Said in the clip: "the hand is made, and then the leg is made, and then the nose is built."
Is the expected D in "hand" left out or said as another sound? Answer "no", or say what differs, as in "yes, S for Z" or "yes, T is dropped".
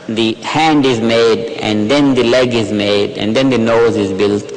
no